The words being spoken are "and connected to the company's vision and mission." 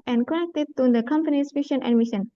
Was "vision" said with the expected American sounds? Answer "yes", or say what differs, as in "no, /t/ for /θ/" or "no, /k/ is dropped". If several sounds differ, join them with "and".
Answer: no, /ʃ/ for /ʒ/